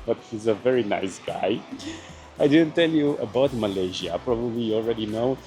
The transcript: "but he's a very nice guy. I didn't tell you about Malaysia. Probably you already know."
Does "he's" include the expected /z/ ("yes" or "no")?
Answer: yes